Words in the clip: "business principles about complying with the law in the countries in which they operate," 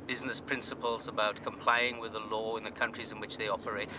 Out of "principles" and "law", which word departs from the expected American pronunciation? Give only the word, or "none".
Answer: none